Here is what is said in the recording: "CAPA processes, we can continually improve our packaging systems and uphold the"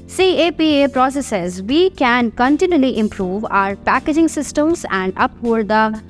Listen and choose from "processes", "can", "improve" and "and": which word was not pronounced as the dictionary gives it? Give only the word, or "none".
none